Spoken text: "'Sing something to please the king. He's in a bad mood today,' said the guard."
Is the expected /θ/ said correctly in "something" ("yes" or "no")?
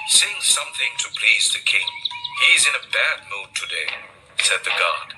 yes